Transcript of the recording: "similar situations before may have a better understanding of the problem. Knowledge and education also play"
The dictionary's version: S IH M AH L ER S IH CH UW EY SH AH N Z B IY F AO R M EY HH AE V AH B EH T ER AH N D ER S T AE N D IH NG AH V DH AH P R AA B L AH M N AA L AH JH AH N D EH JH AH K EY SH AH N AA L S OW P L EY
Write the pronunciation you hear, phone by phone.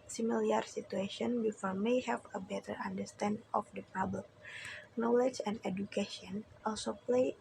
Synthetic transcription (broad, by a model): S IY M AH L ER S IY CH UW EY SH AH N B IY F AO R M EY HH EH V AH B EH T ER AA N D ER S T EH N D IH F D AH P R AA B L AH M N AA L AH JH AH N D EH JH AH K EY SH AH N AA L S OW P L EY